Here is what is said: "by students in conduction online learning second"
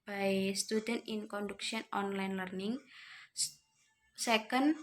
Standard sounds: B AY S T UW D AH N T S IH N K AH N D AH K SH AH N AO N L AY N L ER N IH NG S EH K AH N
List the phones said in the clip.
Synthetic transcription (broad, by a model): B AY S T UW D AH N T IH N K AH N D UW K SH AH N AO N L AY N L ER N IH NG S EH K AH N